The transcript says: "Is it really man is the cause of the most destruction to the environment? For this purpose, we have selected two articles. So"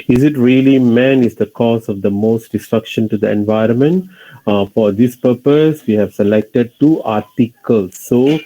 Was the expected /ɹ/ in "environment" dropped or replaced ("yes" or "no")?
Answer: no